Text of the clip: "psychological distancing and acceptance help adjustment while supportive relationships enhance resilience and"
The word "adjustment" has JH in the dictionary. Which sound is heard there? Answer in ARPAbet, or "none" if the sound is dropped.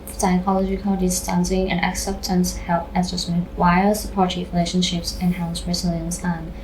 Z